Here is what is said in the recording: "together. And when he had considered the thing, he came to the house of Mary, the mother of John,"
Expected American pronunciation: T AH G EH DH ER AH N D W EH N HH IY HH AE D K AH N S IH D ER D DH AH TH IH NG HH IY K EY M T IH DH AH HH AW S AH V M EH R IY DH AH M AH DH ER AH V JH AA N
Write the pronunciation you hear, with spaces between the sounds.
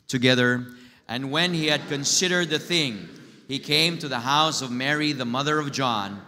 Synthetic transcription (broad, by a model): T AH G EH DH ER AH N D W EH N HH IY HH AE D K AH N S IH D ER D DH AH TH IH NG HH IY K EY M T IH DH AH HH AW S AH V M EH R IY DH AH M AH DH ER AH V JH AA N